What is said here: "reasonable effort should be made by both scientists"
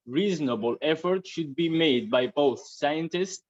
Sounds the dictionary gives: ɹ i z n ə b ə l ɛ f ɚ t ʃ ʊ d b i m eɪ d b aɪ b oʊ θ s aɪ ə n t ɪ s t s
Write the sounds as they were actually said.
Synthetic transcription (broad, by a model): ɹ i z n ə b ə l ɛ f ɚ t ʃ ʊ d b i m eɪ d b aɪ b oʊ θ s aɪ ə n t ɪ s t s